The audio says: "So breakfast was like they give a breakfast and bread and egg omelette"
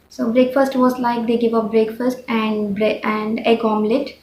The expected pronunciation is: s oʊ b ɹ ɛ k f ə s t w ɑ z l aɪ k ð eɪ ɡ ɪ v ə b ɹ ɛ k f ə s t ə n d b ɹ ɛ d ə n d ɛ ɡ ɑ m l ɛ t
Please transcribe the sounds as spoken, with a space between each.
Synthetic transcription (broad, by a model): s oʊ b ɹ ɛ k f ə s t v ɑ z l aɪ k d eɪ ɡ ɪ v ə b ɹ ɛ k f ə s t ə n d b ɹ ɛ ə n d ɛ ɡ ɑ m l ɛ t